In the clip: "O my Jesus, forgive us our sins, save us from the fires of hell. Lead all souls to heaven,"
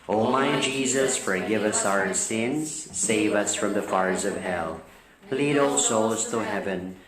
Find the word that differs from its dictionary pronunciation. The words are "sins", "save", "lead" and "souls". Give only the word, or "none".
none